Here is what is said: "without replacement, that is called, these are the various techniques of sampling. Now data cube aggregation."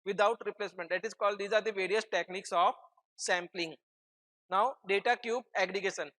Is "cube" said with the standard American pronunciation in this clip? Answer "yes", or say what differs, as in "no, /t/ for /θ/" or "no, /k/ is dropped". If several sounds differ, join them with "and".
yes